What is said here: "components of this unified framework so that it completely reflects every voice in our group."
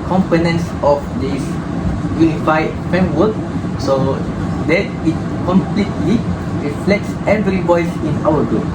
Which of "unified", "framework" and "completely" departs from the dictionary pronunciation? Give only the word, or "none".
framework